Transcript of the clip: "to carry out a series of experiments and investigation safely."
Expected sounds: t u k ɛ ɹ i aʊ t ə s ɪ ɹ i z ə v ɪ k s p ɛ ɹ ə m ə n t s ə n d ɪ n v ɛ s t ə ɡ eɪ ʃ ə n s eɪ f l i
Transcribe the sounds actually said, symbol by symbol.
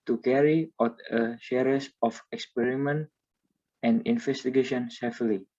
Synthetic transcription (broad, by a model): t u k ɛ ɹ i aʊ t ə ʃ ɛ ɹ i s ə f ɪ k s p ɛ ɹ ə m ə n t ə n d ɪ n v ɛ s t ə ɡ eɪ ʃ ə n s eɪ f l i